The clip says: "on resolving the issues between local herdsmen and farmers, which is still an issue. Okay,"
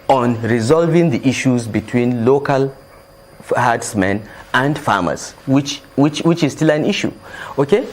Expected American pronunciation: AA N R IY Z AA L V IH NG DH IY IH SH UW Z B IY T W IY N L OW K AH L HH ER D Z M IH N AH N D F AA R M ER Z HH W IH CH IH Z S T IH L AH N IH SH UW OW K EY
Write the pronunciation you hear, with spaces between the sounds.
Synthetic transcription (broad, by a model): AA N R IY Z AA L V IH NG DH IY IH SH UW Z B IY T W IY N L OW K AH L HH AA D S M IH N AH N D F AA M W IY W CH W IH CH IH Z S T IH L AH N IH SH UW OW K EY